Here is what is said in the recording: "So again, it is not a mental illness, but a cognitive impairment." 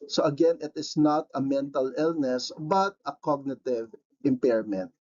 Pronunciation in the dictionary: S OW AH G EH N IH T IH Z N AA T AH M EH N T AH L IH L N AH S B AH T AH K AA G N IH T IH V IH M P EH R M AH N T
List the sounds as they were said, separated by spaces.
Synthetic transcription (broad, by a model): S OW AH G EH N IH T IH S N AA T AH M EH N T AH L IH L N AH S B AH T AH K AA G N IH T IH V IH M P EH R M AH N T